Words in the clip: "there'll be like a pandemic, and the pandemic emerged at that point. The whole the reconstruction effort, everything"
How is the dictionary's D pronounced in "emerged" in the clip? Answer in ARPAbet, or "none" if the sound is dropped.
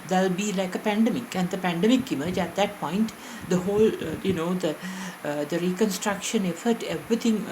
none